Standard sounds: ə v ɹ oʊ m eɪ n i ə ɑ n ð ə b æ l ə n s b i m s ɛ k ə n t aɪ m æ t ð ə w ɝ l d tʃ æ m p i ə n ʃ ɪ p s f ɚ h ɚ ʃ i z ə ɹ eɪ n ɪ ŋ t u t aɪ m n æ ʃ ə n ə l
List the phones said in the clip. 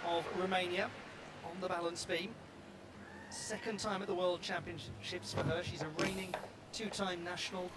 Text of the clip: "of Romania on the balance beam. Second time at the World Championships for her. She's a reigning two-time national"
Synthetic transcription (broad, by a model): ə v ɹ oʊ m eɪ n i ə n ð ə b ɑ l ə n s b i m s ɛ k ə n t aɪ m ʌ t ð ə w ɝ l d tʃ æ m p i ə n ʃ ɪ p s f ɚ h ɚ ʃ i z ə ɹ eɪ n ɪ ŋ t u t aɪ m n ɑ ʃ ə n ə l